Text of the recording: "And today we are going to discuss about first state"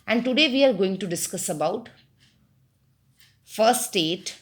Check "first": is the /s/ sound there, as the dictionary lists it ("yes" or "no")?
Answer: no